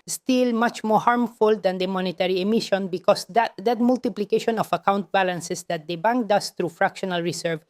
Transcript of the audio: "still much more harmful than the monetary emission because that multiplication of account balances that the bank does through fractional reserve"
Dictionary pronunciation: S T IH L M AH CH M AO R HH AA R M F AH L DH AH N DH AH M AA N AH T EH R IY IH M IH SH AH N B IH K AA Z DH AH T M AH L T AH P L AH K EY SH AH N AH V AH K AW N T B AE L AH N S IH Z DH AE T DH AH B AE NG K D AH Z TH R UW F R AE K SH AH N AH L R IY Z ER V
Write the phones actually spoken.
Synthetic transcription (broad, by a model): S T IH L M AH CH M AO R HH AA R M F AH L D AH N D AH M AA N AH T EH R IY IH M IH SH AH N B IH K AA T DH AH T M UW L T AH P L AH K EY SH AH N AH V AH K AW N T B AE L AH N S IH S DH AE T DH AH B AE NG K D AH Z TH R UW F R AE K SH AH N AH L R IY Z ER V